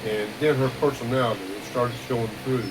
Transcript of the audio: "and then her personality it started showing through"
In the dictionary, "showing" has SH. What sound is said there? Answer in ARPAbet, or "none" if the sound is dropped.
S